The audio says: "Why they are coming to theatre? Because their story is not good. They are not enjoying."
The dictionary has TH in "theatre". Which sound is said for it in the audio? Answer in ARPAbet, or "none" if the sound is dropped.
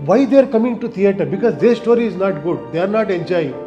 T